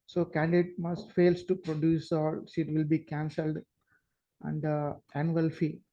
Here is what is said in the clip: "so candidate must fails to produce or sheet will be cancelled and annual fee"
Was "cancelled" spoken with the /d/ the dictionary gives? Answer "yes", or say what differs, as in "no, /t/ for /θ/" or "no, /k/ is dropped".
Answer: yes